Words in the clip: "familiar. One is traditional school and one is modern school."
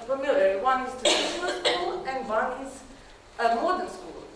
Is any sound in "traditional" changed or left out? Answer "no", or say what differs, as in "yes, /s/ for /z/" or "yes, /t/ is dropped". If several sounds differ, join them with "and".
yes, /ɹ/ is dropped